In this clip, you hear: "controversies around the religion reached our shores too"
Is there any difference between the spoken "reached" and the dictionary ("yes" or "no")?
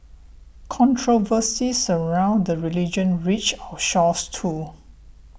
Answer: yes